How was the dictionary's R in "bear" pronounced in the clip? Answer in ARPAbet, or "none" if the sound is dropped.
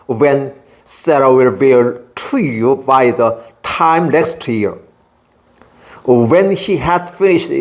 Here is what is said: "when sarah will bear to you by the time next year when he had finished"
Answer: L